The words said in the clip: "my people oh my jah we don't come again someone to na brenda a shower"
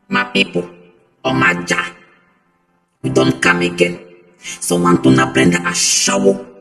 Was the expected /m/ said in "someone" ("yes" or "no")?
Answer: no